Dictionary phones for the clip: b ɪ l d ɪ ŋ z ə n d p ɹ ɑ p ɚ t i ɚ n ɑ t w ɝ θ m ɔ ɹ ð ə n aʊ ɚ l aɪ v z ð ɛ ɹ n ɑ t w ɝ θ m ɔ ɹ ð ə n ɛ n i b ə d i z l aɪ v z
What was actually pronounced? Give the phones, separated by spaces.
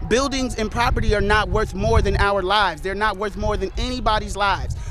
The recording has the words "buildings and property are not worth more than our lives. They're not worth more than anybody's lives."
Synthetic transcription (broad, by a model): b ɪ l d ɪ ŋ z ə n p ɹ ɑ p ɚ t i ɚ n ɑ t w ɝ θ m ɔ ɹ ð ə n aʊ ɚ l aɪ v z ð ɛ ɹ n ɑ t w ɝ θ m ɔ ɹ ð ə n ɛ n i b ə d i z l aɪ v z